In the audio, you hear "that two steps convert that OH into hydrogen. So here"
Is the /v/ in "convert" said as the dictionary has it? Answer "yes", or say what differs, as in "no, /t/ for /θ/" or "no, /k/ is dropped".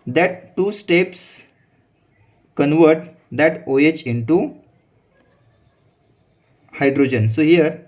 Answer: yes